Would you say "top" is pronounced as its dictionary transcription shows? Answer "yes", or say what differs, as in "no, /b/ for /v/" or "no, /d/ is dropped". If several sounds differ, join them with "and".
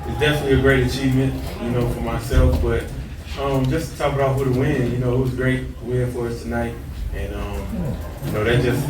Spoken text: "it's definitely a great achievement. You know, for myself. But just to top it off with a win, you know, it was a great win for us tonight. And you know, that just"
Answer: no, /b/ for /p/